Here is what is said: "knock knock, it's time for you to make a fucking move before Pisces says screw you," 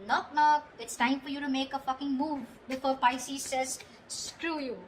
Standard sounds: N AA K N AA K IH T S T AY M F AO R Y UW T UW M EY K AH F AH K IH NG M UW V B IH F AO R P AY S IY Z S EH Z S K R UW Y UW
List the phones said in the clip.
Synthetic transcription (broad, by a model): N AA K N AA K IH T S T AY M F AO R Y UW T UW M EY K AH F AH K IH NG M UW V B IH F AO R P AY S IY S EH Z S K R UW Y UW